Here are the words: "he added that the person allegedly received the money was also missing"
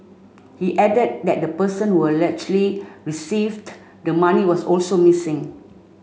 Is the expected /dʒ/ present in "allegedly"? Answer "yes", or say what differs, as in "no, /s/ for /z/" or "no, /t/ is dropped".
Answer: no, /tʃ/ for /dʒ/